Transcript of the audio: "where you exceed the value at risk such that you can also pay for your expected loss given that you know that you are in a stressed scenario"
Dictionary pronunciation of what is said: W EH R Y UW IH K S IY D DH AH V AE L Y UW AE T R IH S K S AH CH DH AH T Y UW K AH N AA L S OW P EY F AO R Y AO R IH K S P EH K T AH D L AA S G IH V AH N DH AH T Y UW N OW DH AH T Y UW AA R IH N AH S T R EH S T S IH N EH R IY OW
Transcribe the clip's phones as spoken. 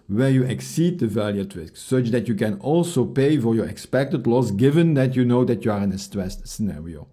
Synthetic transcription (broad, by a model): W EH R Y UW IH K S IY D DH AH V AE L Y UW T R IH S K S AH CH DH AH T Y UW K AH N AA L S OW P EY F AO R Y AO R IH K S P EH K T AH D L AA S G IH V AH N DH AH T Y UW N OW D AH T Y UW AA R IH N AH S T R EH S T S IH N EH R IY OW